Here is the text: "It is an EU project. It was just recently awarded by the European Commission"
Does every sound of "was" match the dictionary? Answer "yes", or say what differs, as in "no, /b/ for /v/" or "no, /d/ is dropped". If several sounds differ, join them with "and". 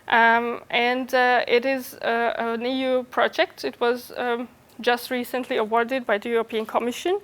yes